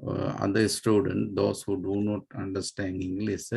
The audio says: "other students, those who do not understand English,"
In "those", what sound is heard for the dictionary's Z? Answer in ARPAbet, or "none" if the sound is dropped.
S